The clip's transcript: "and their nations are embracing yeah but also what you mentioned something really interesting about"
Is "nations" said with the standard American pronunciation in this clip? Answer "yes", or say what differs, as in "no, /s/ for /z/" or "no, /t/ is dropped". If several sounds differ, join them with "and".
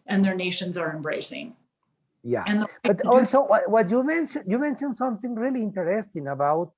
yes